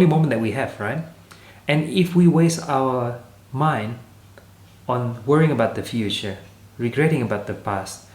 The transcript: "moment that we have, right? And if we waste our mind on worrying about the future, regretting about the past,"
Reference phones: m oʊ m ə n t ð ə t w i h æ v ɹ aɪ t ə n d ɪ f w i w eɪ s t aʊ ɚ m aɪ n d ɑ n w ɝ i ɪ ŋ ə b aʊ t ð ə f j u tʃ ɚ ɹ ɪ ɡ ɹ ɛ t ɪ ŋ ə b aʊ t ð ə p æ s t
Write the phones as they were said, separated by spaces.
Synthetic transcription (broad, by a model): m oʊ m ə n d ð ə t w i h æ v ɹ aɪ t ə n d ɪ f w i w eɪ s t aʊ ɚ m aɪ n d ɑ n w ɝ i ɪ ŋ ə b aʊ t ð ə f j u tʃ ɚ ɹ ɪ ɡ ɹ ɛ t ɪ ŋ ə b aʊ t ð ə p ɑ s t